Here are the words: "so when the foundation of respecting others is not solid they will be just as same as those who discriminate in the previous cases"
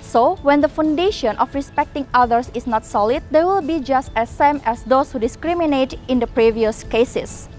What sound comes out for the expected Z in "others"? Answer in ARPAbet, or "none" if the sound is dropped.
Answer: S